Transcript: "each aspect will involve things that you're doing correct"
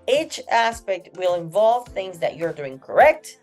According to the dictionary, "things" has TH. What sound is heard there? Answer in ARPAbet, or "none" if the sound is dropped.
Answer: TH